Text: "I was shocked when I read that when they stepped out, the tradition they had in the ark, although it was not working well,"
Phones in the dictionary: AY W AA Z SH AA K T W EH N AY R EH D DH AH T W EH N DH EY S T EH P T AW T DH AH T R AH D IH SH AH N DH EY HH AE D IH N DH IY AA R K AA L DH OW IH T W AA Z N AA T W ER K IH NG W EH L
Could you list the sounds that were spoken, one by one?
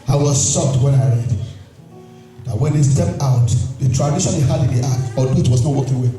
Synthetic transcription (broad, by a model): AY W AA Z S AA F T W EH N AY R EH D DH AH T W EH N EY S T EH P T AW T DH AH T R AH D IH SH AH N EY HH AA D IH N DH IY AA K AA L IH T W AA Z N AA T W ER K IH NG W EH